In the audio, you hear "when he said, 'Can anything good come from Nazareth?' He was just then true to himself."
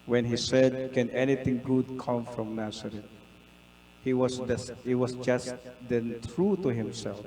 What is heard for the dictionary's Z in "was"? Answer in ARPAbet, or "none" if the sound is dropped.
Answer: S